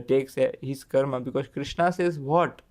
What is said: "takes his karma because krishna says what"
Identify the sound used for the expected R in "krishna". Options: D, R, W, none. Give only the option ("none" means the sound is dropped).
R